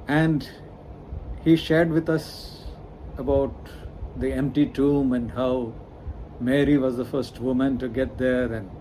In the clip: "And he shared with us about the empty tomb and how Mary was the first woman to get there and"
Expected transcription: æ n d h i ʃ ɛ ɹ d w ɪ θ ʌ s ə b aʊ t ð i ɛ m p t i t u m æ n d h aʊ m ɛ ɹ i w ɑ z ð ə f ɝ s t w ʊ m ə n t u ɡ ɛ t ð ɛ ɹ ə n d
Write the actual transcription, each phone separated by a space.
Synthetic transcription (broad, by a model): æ n d h i ʃ ɛ ɹ d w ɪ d ʌ s ə b aʊ t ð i ɛ m p t i t u m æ n d h aʊ m ɛ ɹ i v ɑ z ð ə f ɝ s t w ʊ m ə n t u ɡ ɛ t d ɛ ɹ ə n d